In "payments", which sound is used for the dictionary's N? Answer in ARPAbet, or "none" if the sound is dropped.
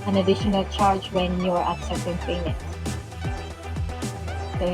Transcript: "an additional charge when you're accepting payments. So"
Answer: none